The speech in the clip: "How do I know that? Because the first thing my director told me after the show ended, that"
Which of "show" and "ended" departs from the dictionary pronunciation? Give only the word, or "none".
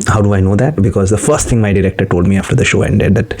none